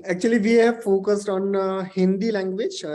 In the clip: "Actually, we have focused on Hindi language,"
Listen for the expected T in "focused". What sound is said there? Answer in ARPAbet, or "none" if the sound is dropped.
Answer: T